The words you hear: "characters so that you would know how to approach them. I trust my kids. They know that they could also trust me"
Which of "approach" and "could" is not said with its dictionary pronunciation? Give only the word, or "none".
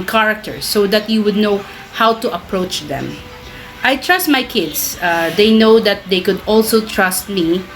none